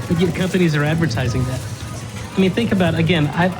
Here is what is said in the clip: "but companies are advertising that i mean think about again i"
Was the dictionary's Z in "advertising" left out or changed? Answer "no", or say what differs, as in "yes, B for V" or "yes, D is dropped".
no